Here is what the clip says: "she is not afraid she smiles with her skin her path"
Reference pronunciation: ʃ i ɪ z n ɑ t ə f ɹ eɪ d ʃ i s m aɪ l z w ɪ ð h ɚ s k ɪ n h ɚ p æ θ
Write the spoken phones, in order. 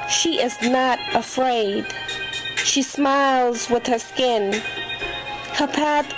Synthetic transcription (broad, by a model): ʃ i ɪ z n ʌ t ə f ɹ eɪ d ʃ i s m aɪ l z w ɪ ð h ɚ s k ɪ n h ɚ p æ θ